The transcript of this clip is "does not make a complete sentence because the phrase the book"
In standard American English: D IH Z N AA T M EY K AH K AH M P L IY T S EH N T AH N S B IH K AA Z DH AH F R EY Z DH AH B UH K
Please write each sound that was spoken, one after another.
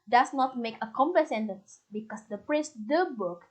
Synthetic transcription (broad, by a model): D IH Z N AA T M EY K AH K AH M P AH S EH N T AH N S B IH K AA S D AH P R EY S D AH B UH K